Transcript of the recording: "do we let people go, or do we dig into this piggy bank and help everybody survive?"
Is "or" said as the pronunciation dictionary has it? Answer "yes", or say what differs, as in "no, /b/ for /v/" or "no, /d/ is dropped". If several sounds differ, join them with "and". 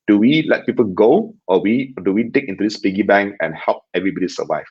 no, /w/ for /ɹ/